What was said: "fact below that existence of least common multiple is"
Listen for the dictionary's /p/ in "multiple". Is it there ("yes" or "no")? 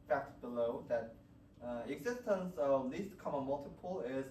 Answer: yes